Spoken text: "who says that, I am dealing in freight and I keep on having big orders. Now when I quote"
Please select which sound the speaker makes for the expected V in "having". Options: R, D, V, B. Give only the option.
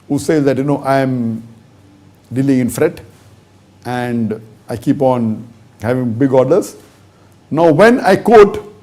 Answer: V